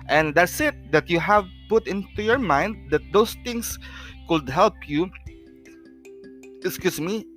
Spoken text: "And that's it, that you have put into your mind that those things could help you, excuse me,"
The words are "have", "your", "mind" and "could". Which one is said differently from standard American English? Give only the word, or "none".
none